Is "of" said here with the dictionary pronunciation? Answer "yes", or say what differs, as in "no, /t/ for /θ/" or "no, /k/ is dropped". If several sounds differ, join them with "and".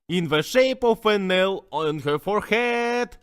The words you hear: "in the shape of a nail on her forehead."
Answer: no, /f/ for /v/